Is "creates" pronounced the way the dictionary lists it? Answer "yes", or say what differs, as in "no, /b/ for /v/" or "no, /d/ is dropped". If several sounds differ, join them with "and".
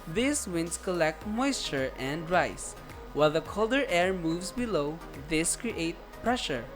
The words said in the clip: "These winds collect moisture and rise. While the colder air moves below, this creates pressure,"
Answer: no, /s/ is dropped